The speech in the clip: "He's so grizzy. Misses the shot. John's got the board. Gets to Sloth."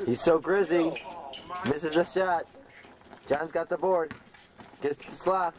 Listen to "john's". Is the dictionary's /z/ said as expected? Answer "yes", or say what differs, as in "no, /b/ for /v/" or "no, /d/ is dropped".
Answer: yes